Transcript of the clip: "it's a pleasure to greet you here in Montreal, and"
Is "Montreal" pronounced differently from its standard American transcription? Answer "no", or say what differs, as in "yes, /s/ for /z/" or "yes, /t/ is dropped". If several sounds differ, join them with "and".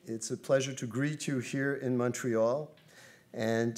no